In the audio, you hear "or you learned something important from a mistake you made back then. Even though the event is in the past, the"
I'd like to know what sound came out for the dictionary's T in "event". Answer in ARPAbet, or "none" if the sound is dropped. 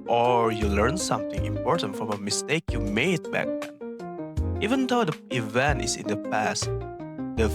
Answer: T